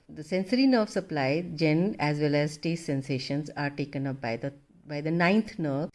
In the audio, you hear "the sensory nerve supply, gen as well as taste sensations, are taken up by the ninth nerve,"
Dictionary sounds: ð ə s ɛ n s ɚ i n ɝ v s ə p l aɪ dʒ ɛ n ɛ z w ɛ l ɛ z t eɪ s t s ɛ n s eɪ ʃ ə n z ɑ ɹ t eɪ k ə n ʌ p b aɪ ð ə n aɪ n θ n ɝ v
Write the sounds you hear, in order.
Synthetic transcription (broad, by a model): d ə s ɛ n s ɚ i n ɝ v s ə p l aɪ dʒ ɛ n ɛ z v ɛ l ɛ z t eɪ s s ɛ n s eɪ ʃ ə n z ɑ ɹ t eɪ k ə n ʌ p b aɪ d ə n aɪ n t n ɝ